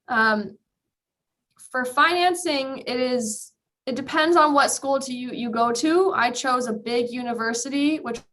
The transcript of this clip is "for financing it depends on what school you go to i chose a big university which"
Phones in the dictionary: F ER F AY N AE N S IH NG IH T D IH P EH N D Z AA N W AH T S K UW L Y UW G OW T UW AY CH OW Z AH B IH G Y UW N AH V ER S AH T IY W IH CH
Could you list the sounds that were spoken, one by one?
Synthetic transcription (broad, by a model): F ER F AY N AE N S IH NG IH T D IH P EH N D Z N W AH T S K UW L Y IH G OW T UW AY CH OW Z AH B IH G Y UW N AH V ER S AH T IY W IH CH